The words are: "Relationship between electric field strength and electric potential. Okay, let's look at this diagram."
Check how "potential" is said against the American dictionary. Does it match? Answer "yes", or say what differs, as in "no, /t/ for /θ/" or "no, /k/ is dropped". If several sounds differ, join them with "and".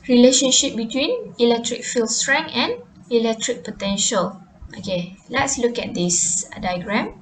yes